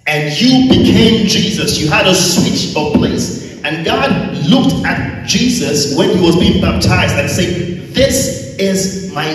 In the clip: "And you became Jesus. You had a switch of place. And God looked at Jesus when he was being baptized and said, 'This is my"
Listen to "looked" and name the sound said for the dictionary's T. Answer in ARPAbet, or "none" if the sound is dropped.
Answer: T